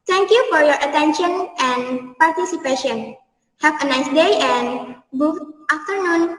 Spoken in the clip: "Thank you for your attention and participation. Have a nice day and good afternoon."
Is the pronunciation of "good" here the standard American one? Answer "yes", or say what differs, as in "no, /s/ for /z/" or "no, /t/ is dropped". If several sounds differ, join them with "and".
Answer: no, /d/ is dropped